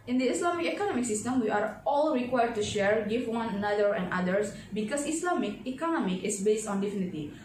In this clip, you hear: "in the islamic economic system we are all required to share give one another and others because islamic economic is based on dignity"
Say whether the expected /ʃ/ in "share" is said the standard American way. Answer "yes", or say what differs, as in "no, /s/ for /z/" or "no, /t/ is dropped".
yes